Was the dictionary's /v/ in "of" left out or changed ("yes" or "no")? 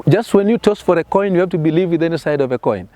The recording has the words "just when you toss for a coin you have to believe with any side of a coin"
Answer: no